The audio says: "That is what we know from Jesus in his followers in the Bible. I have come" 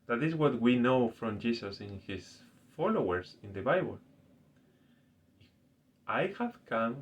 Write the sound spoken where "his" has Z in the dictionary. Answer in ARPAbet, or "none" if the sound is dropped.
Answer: S